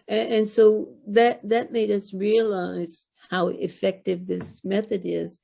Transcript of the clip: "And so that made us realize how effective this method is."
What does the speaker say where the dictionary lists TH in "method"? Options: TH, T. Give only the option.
TH